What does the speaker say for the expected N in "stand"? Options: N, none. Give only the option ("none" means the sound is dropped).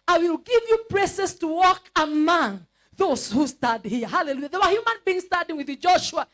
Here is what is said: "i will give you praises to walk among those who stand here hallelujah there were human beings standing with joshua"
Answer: none